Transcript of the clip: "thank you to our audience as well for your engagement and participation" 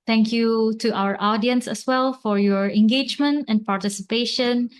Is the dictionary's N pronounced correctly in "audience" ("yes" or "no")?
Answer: yes